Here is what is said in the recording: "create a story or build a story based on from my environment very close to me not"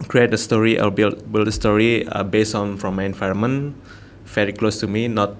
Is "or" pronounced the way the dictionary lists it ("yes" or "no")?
no